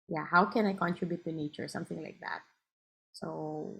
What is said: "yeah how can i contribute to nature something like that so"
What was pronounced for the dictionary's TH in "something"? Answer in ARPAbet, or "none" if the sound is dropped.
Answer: TH